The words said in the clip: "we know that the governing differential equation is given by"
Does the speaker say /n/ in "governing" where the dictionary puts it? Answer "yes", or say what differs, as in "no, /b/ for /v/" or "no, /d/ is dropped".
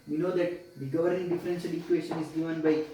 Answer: no, /n/ is dropped